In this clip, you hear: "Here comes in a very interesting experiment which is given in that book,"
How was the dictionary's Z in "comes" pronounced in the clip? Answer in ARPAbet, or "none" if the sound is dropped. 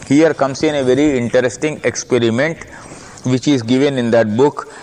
S